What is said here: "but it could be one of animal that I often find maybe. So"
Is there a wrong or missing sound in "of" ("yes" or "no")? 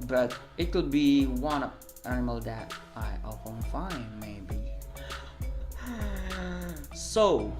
yes